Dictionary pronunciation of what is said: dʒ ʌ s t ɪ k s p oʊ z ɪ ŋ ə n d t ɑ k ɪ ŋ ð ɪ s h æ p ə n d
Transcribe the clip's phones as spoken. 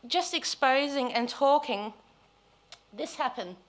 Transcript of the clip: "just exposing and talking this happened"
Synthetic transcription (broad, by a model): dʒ ʌ s t ɪ k s p oʊ z ɪ ŋ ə n t ɑ k ɪ ŋ ð ɪ s h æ p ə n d